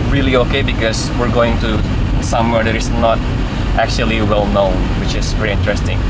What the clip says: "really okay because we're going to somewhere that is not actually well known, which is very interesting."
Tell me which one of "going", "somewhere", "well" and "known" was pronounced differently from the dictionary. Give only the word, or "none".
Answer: none